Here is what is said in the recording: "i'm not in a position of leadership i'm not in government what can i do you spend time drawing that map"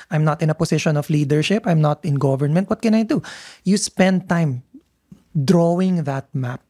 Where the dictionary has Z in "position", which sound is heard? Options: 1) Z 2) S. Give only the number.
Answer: 2